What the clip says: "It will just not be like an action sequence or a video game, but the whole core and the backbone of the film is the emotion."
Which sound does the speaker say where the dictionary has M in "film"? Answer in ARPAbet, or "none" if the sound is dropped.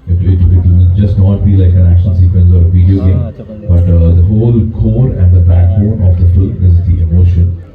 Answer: none